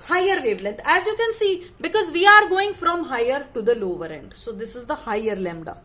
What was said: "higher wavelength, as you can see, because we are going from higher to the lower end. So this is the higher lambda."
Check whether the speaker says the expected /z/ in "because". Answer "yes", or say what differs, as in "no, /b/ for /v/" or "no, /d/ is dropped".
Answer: yes